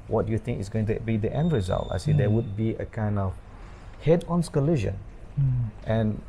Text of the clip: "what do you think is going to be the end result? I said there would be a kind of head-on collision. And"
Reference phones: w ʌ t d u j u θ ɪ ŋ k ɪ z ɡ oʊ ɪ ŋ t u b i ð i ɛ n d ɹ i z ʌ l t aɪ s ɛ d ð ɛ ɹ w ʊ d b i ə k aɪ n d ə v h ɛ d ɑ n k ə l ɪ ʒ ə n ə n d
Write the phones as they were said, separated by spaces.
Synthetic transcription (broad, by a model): w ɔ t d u j u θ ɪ ŋ k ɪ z ɡ oʊ ɪ ŋ t u b i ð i ɛ n d ɹ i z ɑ l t aɪ s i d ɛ w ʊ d b i ə k aɪ n d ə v h ɛ d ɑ n k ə l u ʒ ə n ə n